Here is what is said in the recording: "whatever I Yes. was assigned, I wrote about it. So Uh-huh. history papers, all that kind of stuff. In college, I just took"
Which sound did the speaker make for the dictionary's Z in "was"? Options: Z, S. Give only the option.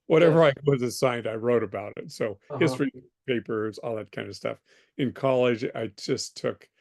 Z